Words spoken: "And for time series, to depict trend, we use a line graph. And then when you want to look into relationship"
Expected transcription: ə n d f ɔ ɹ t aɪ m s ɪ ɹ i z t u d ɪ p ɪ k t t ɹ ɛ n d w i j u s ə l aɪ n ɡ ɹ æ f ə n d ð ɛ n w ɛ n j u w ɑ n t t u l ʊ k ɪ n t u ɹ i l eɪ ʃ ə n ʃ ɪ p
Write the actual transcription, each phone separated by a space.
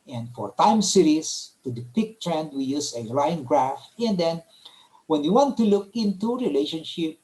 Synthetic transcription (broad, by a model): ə n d f ɔ ɹ t aɪ m s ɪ ɹ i s t u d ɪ p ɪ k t t ɹ ɛ n d w i j u s ə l aɪ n ɡ ɹ æ f ə n d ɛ n w ɛ n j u w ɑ n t t u l ʊ k ɪ n t u ɹ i l eɪ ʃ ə n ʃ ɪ p